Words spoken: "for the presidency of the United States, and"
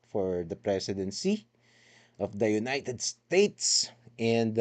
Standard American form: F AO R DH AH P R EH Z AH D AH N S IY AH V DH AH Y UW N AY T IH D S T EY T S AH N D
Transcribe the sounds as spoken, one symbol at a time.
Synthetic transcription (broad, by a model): F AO R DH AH P R EH S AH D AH N S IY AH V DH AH Y UW N AY T IH D S T EY T S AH N D